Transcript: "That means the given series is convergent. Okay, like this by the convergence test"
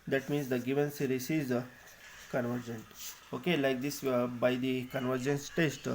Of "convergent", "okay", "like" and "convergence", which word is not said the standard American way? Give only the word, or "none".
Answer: none